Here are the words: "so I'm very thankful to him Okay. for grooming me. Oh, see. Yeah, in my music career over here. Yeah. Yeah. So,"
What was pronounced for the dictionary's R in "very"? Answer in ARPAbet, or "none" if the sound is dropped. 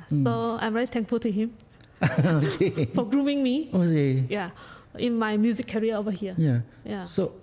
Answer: L